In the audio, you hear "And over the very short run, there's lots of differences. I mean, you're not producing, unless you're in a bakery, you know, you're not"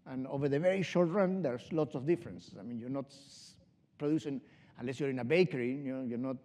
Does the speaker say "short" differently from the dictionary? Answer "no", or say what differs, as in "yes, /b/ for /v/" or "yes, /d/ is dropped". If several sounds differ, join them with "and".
no